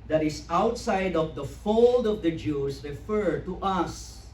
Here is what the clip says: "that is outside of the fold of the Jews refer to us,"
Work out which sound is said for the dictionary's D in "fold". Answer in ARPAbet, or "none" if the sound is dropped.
D